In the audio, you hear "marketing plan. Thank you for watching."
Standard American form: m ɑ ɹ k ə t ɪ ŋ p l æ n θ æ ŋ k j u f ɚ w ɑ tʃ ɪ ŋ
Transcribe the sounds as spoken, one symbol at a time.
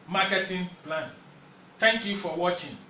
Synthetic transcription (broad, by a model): m ɑ k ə t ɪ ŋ p l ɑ n t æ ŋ k j u f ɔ w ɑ tʃ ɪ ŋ